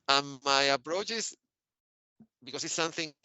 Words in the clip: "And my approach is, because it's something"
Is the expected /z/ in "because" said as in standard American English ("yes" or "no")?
no